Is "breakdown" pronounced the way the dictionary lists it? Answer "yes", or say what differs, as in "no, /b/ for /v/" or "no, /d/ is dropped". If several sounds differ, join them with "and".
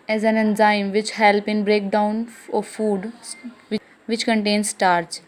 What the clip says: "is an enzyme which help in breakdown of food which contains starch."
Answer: yes